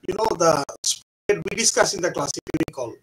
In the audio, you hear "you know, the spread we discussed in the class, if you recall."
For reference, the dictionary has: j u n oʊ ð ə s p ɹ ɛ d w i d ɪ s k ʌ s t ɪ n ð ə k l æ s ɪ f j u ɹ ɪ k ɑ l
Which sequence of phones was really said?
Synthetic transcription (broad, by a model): j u n oʊ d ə s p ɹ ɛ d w i d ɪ s k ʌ s ɪ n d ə k l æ s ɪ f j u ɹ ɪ k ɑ l